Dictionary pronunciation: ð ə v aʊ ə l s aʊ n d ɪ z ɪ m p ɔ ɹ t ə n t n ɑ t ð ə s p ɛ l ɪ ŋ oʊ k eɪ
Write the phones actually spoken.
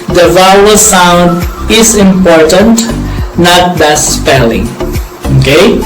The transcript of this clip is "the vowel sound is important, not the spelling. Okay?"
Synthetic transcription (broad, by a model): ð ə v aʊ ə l s aʊ n d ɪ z ɪ m p ɔ ɹ t ə n t n ɑ t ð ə s p ɛ l ɪ ŋ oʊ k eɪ